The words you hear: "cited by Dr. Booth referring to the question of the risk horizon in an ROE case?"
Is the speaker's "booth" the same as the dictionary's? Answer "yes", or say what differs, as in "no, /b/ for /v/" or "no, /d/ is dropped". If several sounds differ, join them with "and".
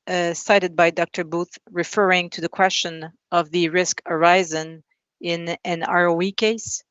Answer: yes